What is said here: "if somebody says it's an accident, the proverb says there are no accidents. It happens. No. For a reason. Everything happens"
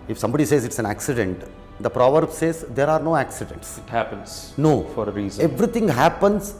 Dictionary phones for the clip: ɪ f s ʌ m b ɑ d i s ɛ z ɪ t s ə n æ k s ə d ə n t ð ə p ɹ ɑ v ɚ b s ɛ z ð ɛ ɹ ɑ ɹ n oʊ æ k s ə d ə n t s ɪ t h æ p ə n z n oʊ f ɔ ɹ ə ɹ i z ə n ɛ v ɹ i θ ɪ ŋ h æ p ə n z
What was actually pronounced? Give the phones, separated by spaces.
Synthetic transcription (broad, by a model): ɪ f s ʌ m b ɑ d i s ɛ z ɪ t s ə n æ k s ə d ə n t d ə p ɹ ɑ v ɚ b s ɛ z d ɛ ɹ ɑ ɹ n oʊ æ k s ə d ə n t s ɪ t h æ p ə n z n oʊ f ɔ ɹ ə ɹ i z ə ɛ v ɹ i t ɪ ŋ h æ p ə n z